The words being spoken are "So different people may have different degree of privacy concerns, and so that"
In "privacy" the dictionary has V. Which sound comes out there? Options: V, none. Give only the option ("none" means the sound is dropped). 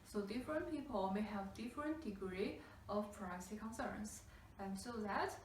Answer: none